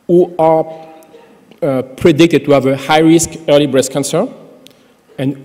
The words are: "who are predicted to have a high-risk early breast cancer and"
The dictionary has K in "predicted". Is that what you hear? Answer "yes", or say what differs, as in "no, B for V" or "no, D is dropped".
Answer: yes